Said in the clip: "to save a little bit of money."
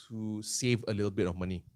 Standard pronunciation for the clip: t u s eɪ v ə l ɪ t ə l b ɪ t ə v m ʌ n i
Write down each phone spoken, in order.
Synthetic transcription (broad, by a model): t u s eɪ v ə l ɪ t ə l b ɪ t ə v m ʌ n i